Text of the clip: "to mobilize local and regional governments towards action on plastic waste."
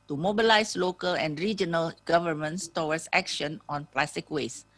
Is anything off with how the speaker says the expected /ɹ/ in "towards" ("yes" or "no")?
yes